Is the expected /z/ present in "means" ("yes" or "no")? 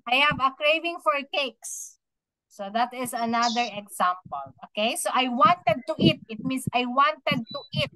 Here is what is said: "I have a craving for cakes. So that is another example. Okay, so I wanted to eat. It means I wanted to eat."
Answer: no